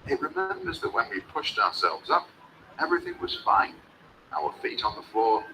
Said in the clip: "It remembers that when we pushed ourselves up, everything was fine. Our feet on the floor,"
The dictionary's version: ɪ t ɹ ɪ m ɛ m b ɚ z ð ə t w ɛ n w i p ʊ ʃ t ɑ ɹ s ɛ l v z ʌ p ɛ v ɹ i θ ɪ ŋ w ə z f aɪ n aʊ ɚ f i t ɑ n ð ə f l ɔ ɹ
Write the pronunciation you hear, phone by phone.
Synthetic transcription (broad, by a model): ɪ t ɹ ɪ m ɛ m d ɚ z ð ə t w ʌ n w i p ʊ ʃ t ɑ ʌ s ɛ l v z ʌ p ɛ v ɹ i θ ɪ ŋ w ə z f aɪ n aʊ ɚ f i t n ð ə f l ɔ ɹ